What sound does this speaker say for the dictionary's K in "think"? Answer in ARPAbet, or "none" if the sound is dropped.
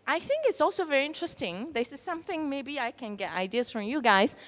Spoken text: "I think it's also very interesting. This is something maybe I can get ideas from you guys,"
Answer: K